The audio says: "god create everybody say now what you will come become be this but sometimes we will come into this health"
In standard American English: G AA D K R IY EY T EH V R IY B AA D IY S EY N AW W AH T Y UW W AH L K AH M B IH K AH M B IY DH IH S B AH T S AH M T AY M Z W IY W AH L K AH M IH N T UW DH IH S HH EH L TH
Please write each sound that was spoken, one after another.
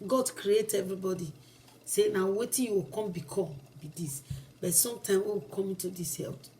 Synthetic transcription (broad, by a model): G AA D K R IY EY T EH V R IY B AA D IY S EY N AW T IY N Y UW W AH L K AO M B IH K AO B IY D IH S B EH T S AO M T AY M W IY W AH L K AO M IH N T UW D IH S HH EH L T